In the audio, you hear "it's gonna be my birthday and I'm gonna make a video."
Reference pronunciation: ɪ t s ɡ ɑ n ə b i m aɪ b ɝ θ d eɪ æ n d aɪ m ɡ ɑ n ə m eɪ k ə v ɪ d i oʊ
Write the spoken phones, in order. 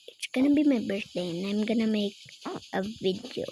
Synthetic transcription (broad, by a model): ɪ t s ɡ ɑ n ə b i m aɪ b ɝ s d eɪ n aɪ m ɡ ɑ n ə m eɪ k ə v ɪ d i oʊ